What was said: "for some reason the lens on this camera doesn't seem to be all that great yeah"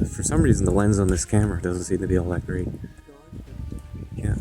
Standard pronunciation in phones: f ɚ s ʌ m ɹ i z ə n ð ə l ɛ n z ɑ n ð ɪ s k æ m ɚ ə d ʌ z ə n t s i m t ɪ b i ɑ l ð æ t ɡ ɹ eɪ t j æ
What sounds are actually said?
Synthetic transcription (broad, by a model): f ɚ s ʌ m ɹ i z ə n ð ə l ɛ n z n ð ɪ s k æ m ɚ ə d ʌ z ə n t s i m t ɪ b i ɑ l ð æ t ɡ ɹ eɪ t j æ